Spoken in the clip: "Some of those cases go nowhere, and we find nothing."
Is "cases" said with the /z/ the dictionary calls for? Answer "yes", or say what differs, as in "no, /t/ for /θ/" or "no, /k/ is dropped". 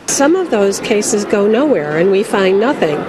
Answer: yes